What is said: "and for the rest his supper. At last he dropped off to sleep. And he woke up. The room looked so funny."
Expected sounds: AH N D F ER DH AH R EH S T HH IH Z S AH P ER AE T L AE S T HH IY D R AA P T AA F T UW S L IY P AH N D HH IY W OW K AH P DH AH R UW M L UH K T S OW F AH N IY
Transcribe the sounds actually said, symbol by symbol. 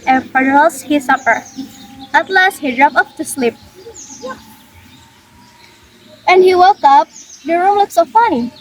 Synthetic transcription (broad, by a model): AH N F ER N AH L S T HH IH S AH P ER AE T L AE S T HH IY D R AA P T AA P T UW S L IY P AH N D HH IY W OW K AH P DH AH R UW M L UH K S OW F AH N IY